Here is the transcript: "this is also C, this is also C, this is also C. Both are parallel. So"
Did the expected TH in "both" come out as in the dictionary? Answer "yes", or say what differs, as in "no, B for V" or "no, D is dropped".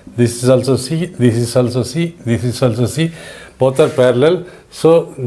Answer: no, T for TH